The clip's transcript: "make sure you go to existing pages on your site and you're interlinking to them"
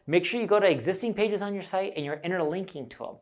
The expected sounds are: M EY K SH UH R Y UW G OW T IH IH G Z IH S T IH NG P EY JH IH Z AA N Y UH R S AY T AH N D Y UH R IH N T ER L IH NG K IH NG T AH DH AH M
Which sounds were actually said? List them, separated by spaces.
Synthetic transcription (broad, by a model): M EY K SH UH R Y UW G OW T IH IH G Z IH S T IH NG P EY JH IH Z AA N Y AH R S AY T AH N Y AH R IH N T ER L IH NG K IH NG T AH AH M